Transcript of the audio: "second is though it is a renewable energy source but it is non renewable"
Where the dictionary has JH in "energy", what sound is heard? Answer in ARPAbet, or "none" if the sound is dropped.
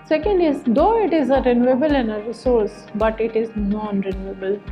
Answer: none